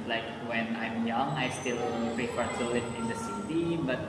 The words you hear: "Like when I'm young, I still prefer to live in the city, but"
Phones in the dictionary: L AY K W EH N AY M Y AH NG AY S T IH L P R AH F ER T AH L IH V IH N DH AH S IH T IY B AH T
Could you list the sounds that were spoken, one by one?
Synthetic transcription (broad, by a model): L AY K W EH N AY M Y AH NG AY S T IH L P AH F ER S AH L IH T IH N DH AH S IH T IY B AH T